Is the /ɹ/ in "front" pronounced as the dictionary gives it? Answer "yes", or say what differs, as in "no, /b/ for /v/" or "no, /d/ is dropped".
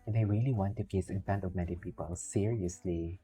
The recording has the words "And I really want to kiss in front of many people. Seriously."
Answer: no, /ɹ/ is dropped